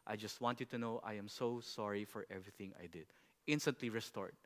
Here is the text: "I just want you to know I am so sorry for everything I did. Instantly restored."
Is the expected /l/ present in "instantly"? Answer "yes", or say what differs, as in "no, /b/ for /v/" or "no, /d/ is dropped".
yes